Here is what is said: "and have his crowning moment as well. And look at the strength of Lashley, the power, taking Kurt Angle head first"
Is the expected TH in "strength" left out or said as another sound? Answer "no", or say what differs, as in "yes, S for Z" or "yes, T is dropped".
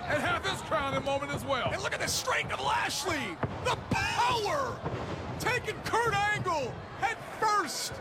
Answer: yes, T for TH